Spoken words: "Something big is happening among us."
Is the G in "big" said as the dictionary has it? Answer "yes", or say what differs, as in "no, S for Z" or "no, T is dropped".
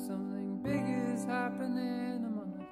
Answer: yes